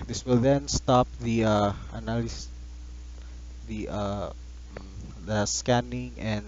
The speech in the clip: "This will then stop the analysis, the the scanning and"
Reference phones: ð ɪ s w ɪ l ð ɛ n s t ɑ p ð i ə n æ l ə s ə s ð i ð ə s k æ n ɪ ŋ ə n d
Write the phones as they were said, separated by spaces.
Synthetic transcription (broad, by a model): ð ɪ s w ɪ l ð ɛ n s t ɑ p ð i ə ɑ n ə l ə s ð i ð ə s k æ n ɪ ŋ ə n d